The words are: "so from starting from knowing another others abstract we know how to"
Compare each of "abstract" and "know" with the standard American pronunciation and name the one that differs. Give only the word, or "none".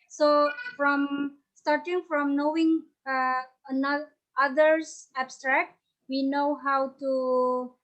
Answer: none